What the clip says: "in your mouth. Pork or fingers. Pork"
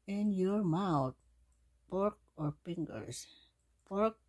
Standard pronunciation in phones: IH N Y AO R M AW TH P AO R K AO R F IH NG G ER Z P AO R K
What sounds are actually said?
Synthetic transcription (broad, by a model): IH N Y AO R M AW T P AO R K AO R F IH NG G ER S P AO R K